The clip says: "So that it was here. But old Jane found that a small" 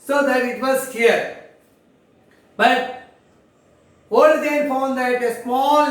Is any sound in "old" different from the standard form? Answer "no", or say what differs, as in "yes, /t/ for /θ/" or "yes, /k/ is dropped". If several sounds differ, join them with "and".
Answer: yes, /l/ is dropped